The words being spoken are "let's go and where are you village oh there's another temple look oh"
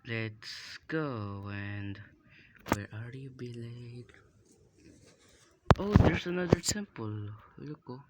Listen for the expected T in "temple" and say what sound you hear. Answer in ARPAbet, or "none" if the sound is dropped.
S